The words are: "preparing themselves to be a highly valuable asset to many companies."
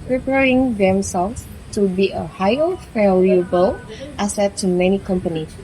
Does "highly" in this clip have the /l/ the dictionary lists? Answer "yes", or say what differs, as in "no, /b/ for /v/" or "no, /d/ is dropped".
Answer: no, /l/ is dropped